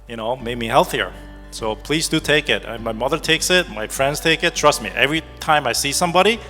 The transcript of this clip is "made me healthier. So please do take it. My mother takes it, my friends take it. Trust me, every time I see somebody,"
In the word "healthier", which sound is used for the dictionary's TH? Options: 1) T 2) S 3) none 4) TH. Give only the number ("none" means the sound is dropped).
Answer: 4